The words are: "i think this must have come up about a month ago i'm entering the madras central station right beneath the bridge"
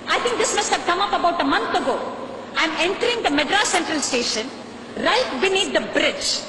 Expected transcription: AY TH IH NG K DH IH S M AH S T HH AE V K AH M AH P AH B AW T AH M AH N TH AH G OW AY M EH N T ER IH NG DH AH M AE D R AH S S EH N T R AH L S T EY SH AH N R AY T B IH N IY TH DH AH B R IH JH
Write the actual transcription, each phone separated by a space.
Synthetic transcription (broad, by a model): AY T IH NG K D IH S M AH S T HH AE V K AH M AH P AH B AW T AH M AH N T AH G OW AY M EH N T ER IH NG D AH M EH D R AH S S EH N T R AH L S T EY SH AH N R AY T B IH N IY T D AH B R IH JH